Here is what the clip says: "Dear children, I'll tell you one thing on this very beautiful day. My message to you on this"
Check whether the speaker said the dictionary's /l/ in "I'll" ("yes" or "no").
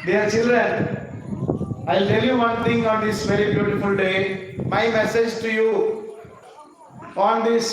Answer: yes